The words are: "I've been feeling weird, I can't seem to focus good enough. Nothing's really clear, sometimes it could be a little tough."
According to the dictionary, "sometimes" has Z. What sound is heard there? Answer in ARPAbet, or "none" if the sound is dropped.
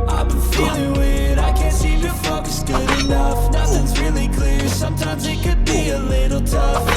Z